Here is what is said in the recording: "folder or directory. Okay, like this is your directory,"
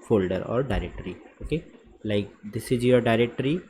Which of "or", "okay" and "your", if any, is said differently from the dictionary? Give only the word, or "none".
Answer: none